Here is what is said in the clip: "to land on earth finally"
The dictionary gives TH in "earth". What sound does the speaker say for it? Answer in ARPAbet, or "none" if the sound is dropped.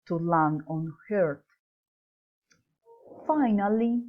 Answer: T